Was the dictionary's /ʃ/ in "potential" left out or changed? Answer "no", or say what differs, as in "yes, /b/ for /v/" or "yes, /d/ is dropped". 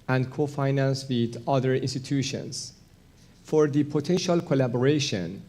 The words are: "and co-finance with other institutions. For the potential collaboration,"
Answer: no